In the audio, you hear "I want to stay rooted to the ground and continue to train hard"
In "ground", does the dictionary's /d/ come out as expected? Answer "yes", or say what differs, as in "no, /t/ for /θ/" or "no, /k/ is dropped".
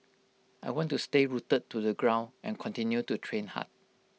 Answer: no, /d/ is dropped